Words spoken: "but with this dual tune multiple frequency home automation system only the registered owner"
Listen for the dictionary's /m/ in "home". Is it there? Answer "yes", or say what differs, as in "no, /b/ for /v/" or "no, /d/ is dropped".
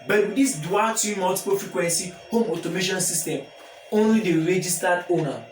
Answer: yes